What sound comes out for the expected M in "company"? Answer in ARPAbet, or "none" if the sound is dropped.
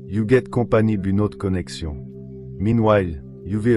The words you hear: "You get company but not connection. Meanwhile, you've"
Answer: none